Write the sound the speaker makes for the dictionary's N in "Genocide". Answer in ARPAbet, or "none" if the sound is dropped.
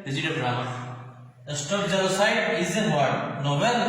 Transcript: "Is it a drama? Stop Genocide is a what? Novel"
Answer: L